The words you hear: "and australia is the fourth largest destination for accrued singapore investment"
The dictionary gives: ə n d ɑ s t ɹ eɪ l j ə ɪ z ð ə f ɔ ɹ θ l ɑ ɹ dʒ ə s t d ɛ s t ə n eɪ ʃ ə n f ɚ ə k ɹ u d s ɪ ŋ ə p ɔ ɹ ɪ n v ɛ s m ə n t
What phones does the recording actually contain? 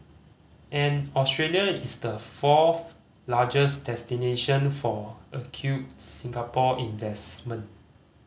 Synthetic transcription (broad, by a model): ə n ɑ s t ɹ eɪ l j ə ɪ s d ə f ɔ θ l ɑ dʒ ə s d ɛ s t ə n eɪ ʃ ə n f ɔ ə k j u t s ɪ ŋ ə p ɔ ɪ n v ɛ s m ə n t